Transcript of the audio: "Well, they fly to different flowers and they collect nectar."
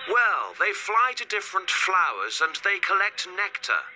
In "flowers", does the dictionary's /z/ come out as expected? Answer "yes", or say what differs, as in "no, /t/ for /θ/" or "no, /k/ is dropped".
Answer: yes